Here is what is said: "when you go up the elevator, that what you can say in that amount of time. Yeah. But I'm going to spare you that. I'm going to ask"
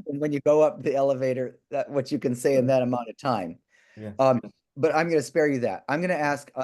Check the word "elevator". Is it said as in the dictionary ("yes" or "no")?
yes